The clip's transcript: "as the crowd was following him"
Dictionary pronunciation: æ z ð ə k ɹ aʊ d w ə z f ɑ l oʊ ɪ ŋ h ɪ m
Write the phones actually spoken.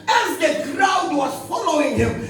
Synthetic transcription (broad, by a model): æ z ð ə k ɹ aʊ d w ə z f ɑ l oʊ ɪ ŋ h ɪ m